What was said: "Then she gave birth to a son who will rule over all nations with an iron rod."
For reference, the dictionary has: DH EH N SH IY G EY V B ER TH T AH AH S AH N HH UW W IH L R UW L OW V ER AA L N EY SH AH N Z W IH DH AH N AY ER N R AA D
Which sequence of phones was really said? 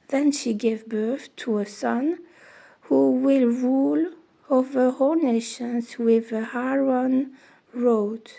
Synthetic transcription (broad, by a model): DH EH N SH IY G EY V B ER TH T AH AH S AH N HH UW W IH L R UW L OW V ER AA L N EY SH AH N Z W IH DH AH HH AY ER N R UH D